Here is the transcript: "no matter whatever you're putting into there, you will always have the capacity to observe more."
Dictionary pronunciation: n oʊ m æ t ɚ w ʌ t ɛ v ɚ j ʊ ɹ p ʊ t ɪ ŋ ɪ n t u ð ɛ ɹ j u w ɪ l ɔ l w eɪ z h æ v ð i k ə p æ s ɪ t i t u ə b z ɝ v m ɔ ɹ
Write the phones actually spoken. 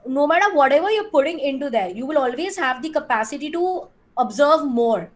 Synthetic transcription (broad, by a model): n oʊ m æ t ɚ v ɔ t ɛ v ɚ j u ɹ p ʊ t ɪ ŋ ɪ n t u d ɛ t j u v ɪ l ɔ l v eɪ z h æ v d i k ə p æ s ɪ t i t u ə b z ɝ v m ɔ ɹ